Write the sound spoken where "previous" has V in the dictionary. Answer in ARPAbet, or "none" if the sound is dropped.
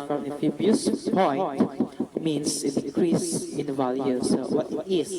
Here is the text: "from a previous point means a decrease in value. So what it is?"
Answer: B